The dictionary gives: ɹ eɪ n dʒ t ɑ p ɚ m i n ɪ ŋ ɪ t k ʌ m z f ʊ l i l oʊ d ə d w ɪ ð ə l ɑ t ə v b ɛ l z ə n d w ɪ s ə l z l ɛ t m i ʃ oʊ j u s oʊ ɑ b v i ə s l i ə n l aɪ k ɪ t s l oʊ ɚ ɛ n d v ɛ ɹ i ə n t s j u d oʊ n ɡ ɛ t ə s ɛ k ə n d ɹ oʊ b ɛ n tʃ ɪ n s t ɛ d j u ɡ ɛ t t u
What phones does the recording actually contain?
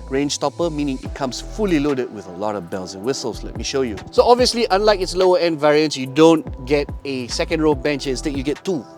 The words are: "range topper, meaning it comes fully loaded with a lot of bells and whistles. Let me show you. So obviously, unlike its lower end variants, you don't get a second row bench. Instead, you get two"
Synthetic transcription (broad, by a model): ɹ eɪ n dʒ t ɑ p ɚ m i n ɪ ŋ ɪ t k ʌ m s f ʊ l i l oʊ d ə d w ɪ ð ə l ɑ t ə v b ɛ l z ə n w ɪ s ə l s l ɛ t m i ʃ oʊ j u s oʊ ɑ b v i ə s l i ə n l aɪ k ɪ t s l oʊ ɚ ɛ n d v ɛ ɹ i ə n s j u d oʊ n ɡ ɛ t ə s ɛ k ə n d ɹ oʊ b ɛ n tʃ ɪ s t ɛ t j u ɡ ɛ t t u